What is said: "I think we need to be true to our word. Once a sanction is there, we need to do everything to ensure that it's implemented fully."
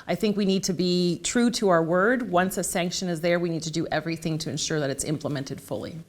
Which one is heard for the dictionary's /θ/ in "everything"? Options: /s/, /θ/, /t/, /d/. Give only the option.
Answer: /θ/